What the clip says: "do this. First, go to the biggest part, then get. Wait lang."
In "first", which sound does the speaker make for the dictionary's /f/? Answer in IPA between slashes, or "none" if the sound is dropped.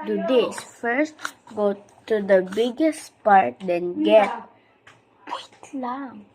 /f/